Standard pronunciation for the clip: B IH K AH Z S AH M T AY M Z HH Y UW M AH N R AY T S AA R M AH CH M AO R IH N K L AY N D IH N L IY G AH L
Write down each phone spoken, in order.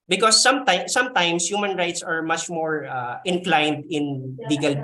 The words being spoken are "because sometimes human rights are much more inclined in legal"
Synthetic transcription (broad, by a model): B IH K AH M S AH M T AY M S HH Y UW M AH N R AY T S AA R M AH CH M AO R IH N K L AY N D IH N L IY G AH L